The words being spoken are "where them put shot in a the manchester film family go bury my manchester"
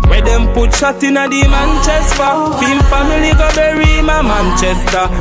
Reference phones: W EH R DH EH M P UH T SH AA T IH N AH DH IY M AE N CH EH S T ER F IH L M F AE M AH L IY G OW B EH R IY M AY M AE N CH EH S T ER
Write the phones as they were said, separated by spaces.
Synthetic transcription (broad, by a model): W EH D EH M P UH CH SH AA T IH N AH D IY M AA N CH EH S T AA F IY M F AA M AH L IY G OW B EH R IY M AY M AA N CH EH S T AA